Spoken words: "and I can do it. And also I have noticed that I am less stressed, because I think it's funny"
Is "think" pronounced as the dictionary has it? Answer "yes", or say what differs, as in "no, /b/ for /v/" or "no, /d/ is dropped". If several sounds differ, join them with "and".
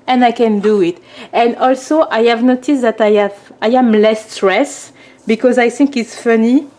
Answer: yes